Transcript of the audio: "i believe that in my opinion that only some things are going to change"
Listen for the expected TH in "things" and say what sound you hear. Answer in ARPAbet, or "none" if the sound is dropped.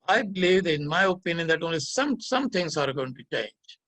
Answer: S